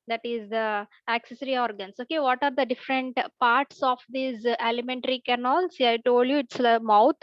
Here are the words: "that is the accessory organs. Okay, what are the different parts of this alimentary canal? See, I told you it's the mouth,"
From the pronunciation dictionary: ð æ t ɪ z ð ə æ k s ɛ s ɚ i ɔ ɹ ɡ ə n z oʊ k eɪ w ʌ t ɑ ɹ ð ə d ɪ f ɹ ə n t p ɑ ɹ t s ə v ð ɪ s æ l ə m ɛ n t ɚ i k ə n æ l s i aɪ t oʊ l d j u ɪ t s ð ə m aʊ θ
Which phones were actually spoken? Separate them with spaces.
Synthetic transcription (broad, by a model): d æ t ɪ z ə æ k s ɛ s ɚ i ɔ ɹ ɡ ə n s oʊ k eɪ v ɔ t ɑ ɹ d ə d ɪ f ɹ ə n t p ɑ ɹ t s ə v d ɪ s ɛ l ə m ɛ n t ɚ i k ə n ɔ l s i aɪ t oʊ l d j u ɪ t s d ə m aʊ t